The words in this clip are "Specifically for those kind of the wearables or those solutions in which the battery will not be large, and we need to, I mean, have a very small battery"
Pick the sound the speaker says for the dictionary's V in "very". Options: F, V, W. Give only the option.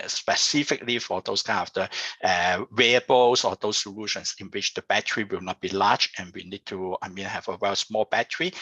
W